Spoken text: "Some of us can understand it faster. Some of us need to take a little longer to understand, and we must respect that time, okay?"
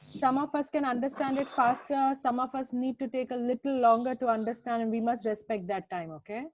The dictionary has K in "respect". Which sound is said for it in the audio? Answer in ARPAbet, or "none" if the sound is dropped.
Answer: K